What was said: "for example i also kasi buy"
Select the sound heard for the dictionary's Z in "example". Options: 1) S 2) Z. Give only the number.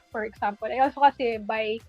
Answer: 1